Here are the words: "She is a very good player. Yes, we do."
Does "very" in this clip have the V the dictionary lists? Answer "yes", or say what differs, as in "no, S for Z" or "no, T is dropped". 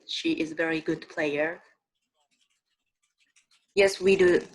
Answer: yes